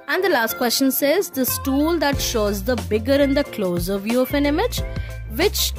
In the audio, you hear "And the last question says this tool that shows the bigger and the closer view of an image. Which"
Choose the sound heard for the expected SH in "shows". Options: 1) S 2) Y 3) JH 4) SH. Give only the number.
4